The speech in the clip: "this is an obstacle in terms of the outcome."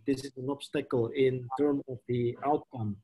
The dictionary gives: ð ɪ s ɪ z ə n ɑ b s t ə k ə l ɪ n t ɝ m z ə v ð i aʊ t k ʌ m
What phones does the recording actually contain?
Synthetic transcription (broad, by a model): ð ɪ s ɪ z ə n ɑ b s t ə k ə l ɪ n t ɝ m ə v ð i aʊ t k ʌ m